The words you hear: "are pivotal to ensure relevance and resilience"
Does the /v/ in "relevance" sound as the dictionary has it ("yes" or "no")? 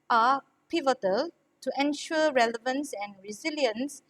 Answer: yes